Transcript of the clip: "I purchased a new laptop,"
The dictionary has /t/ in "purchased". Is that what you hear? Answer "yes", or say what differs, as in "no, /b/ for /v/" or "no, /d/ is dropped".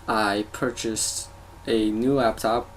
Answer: yes